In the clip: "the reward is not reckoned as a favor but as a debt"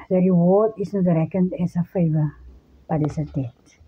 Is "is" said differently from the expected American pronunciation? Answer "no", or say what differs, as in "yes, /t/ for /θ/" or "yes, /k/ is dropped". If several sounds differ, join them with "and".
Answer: yes, /s/ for /z/